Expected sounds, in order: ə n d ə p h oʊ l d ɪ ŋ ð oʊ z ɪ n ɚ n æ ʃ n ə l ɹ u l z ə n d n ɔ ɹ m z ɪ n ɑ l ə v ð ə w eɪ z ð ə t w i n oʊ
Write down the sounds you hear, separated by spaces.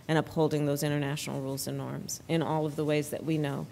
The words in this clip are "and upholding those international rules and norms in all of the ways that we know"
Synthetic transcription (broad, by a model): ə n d ə p h oʊ l d ɪ ŋ ð oʊ z ɪ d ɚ n æ ʃ n l ɹ u l z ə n n ɔ ɹ m z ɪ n ɑ l ə v ð ə w eɪ z ð ə t w i n oʊ